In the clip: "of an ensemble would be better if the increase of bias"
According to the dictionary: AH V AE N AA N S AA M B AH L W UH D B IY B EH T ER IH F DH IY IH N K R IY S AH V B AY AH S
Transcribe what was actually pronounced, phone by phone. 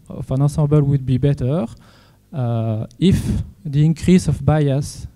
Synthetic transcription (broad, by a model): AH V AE N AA S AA B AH L W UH D B IY B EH T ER IH F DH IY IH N K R IY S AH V B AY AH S